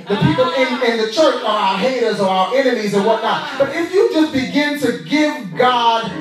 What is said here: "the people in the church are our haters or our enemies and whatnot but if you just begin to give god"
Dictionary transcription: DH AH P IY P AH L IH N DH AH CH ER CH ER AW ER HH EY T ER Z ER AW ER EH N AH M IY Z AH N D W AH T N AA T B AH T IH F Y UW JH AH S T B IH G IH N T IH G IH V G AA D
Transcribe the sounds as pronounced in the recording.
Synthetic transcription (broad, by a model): DH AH P IY P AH N IH N DH AH CH ER CH ER AW ER HH EY T ER Z ER AW ER EH N AH M IY Z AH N W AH T N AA T B AH T IH F Y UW JH AH S B IH G IH N T IH G IH V G AA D